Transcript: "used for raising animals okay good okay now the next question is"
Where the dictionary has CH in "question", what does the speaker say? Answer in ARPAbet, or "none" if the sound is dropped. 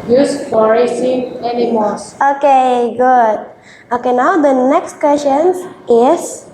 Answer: SH